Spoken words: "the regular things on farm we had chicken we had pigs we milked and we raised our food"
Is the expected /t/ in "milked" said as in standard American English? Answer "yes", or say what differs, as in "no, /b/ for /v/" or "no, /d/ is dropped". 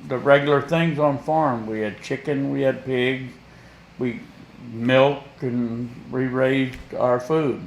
no, /t/ is dropped